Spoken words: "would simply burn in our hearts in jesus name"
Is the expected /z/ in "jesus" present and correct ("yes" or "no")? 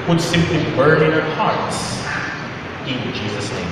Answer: yes